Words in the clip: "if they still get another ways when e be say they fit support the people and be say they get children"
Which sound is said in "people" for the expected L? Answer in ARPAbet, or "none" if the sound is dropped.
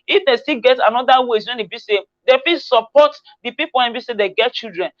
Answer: W